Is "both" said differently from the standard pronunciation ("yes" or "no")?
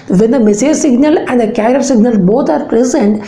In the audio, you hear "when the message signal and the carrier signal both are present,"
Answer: yes